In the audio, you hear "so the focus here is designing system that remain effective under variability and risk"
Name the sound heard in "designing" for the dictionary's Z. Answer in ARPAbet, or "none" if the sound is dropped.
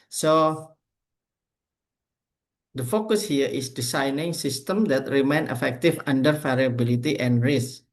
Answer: S